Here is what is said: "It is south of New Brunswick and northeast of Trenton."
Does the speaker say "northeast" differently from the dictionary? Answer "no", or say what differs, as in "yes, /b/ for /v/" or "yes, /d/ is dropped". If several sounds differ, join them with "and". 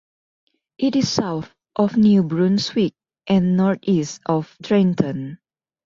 yes, /t/ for /θ/